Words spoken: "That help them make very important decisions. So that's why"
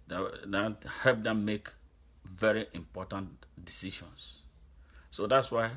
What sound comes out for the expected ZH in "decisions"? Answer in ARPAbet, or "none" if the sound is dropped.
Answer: SH